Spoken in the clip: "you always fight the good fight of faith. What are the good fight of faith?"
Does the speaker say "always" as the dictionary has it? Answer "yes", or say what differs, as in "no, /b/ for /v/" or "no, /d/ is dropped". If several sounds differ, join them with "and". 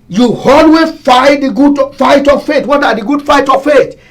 no, /z/ is dropped